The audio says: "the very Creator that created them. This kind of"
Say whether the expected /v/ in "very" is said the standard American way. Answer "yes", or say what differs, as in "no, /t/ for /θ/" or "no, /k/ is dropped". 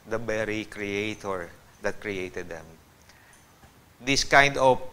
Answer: no, /b/ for /v/